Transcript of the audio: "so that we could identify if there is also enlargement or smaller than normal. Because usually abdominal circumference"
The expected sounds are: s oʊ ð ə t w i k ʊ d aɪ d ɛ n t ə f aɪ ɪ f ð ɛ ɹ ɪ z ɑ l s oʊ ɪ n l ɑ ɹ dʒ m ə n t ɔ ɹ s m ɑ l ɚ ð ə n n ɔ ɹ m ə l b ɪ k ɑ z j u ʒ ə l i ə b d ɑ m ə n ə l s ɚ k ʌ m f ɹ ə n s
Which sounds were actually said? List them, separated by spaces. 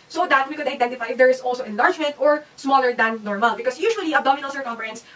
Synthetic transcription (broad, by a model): s oʊ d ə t w i k ʊ d aɪ d ɛ n t ə f aɪ ɪ f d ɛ ɹ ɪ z ɑ l s oʊ ɪ n l ɑ ɹ dʒ m ə n t ɔ ɹ s m ɑ l ɚ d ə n n ɔ ɹ m ə l b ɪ k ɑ s j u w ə l i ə d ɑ m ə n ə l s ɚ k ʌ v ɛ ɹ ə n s